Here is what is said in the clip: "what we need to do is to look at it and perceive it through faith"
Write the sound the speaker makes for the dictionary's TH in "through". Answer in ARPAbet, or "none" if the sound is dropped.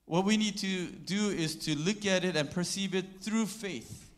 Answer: TH